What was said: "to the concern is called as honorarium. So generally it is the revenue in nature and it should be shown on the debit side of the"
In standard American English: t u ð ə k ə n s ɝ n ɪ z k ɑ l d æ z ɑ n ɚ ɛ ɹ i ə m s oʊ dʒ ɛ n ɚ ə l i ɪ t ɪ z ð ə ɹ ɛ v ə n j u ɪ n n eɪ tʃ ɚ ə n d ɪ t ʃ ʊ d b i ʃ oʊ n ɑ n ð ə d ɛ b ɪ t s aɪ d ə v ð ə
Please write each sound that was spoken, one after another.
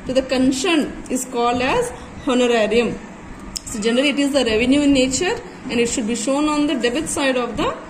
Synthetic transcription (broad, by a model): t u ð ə k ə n ʃ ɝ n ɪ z k ɑ l d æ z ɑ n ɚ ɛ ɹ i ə m s oʊ dʒ ɛ n ɚ ə l i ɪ t ɪ z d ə ɹ ɛ v ə n j u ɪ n n eɪ tʃ ɚ ə n d ɪ t ʃ ʊ d b i ʃ oʊ n ɑ n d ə d ɛ b ɪ t s aɪ d ə v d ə